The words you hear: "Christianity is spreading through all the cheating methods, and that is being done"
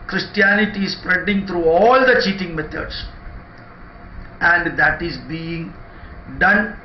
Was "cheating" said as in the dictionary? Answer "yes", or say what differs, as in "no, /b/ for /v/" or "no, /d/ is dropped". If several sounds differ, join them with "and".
yes